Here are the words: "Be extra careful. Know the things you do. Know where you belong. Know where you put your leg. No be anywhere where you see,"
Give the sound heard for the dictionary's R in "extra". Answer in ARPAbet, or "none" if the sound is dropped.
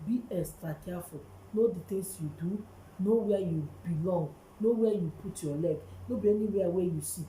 R